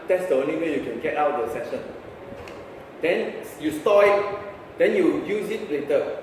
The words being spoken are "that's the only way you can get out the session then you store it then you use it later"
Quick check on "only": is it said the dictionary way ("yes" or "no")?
no